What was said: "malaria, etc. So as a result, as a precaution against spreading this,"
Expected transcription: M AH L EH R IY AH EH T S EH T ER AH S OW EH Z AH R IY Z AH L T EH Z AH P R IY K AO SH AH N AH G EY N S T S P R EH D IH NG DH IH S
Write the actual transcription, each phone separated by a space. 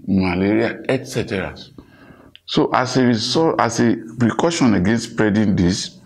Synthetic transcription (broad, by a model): M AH L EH R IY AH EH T S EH T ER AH S OW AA S AH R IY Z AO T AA S AH P R IY K AO SH AH N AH G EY N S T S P R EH D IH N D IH S